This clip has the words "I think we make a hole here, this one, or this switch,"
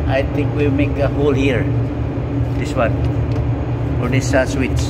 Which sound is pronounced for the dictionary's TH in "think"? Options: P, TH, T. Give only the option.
T